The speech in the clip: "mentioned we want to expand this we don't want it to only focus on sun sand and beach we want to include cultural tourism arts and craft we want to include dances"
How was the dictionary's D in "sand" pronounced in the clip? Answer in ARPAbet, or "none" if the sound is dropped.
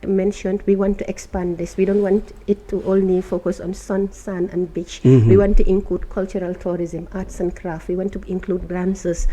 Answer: none